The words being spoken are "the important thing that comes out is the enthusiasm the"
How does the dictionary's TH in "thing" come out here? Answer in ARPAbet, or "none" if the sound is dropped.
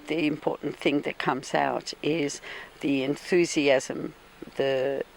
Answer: TH